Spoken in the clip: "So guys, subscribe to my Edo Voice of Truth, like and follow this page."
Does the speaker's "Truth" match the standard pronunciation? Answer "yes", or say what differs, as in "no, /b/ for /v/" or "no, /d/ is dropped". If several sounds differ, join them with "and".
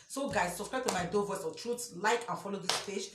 no, /s/ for /θ/